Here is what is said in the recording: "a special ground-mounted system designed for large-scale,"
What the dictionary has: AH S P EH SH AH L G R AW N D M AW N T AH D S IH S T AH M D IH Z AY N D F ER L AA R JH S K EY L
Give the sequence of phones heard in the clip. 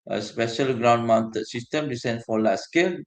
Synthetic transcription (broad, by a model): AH S P EH SH AH L G R AW N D M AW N T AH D S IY S T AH M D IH S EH N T F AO L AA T S K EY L